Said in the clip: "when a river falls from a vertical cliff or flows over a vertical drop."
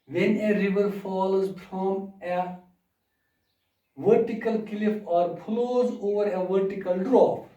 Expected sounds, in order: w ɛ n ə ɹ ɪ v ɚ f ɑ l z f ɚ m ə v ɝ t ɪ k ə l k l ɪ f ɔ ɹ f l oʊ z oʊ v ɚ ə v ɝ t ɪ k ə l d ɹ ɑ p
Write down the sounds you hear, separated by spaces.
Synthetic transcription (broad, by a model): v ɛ n ə ɹ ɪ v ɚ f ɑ l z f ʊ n ə v ɝ t ɪ k ə l k l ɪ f ɔ ɹ p l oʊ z oʊ v ɚ ə v ɝ t ɪ k ə l d ɹ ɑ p